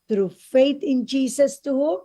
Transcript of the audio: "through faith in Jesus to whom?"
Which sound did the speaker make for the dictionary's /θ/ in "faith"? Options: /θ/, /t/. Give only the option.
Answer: /t/